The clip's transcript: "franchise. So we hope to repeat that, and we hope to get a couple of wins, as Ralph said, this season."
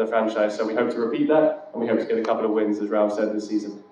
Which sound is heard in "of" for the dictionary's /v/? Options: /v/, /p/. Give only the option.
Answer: /v/